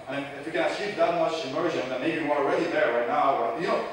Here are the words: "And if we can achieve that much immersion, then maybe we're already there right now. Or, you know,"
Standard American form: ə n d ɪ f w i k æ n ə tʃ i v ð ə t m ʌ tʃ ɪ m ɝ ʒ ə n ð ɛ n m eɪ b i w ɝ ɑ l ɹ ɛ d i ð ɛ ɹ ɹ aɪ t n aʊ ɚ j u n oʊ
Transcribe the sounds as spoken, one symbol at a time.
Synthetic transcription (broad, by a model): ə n ɪ f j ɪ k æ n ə s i p ð ə t m ʌ tʃ ɪ m ɝ ʒ ə n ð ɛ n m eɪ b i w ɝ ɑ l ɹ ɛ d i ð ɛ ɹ ɹ aɪ t n aʊ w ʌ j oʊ